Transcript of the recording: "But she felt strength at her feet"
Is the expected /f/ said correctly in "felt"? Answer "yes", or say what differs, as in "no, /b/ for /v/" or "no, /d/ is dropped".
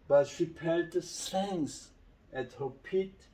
no, /p/ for /f/